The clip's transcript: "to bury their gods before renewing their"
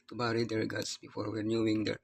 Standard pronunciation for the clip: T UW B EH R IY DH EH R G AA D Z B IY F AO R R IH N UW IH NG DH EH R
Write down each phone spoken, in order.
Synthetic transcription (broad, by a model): T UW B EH R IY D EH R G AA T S B IY F AO R W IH N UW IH NG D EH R